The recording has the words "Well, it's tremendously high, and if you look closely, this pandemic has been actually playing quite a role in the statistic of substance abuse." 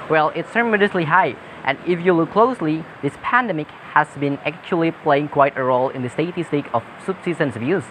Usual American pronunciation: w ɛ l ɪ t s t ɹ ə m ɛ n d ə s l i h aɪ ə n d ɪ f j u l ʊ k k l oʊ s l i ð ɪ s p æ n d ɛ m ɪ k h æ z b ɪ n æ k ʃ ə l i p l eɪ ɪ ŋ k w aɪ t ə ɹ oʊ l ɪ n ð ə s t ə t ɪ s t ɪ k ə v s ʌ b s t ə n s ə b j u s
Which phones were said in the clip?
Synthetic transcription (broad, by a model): w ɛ l ɪ t s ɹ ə m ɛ d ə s l i h aɪ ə n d ɪ f j u l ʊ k k l oʊ s l i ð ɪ s p æ n d ɛ m ɪ k h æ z b ɪ n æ k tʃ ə l i p l eɪ ɪ ŋ k w aɪ t ə ɹ oʊ l ɪ n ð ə s t ə t ɪ s t ɪ k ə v s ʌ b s s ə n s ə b j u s